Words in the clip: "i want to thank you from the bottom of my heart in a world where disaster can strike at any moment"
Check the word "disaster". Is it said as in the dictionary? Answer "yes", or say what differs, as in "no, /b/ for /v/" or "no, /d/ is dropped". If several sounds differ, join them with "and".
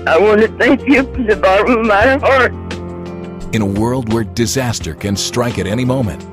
yes